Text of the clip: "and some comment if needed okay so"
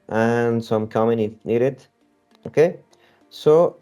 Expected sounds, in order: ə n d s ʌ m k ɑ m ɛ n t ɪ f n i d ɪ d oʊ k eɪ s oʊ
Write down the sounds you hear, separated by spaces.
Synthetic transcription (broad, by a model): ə n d s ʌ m k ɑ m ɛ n ɪ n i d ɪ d oʊ k eɪ s oʊ